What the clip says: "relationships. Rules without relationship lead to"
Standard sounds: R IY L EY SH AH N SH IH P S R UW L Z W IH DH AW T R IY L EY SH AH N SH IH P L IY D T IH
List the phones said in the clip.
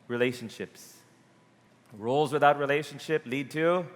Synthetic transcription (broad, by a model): R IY L EY SH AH N SH IH P S R UW L Z W IH DH AW T R IY L EY SH AH N SH IH P L IY D T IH